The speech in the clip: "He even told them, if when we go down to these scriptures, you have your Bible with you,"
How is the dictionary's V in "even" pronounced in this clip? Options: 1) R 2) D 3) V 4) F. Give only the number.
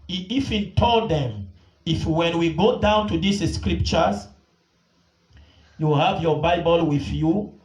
4